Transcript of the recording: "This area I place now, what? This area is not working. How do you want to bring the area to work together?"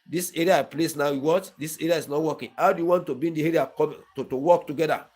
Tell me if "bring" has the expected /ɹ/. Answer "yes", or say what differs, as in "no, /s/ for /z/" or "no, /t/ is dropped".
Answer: no, /ɹ/ is dropped